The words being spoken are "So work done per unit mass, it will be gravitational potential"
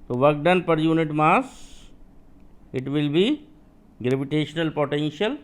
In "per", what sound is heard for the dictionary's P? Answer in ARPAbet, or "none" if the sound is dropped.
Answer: P